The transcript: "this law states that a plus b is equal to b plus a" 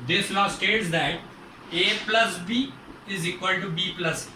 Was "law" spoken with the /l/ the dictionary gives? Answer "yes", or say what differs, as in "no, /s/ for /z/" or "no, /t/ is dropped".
no, /n/ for /l/